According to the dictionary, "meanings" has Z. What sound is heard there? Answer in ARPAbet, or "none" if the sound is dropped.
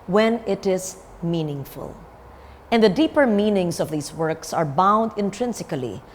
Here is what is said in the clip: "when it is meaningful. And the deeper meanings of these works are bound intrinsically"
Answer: S